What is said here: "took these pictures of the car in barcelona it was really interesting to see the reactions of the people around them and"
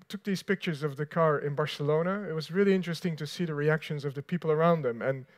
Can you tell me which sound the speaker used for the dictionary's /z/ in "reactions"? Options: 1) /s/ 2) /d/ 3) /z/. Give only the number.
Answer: 3